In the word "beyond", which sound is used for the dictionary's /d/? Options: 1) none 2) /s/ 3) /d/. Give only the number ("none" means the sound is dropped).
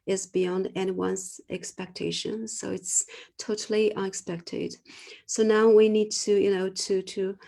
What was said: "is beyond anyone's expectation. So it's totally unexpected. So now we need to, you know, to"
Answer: 3